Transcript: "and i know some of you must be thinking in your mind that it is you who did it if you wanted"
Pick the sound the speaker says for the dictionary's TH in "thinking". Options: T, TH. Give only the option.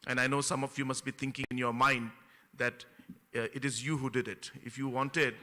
T